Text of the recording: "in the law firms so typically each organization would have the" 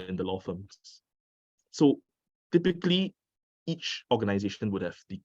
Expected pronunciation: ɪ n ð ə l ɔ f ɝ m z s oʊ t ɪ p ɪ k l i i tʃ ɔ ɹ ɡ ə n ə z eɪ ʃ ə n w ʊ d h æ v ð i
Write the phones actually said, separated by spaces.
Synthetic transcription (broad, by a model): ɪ n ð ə l ɔ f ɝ m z s oʊ t ɪ p ɪ k l i i tʃ ɔ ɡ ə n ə z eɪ ʃ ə n w ʊ d h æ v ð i